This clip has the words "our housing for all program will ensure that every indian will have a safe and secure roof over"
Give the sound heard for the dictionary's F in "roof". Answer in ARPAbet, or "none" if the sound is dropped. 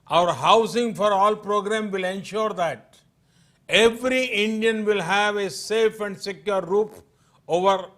P